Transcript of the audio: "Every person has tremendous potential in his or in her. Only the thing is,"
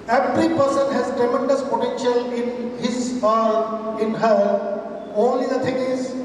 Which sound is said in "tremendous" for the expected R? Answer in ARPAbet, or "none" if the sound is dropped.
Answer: none